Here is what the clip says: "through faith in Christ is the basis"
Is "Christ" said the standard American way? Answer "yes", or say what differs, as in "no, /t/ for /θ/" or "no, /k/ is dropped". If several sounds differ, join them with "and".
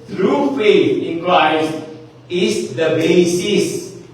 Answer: no, /t/ is dropped